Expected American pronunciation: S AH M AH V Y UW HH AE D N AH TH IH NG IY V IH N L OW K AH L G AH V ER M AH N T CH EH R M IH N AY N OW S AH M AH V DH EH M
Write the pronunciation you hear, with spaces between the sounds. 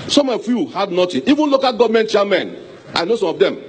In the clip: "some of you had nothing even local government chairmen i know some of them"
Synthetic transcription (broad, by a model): S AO M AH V Y UW HH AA D N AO T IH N IY V IH N L OW K AH L G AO V M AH N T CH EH M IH N AY N OW S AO M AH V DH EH M